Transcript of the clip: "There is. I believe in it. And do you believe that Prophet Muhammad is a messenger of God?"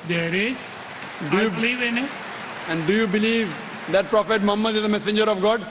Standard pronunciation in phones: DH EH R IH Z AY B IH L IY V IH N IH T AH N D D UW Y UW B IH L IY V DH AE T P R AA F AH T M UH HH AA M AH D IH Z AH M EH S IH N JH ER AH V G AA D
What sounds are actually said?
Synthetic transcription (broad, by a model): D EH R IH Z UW B IH L IY V IH N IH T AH N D D UW Y UW B IH L IY V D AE T P R AA F AH T M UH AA M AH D IH Z AH M EH S IH N JH ER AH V G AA D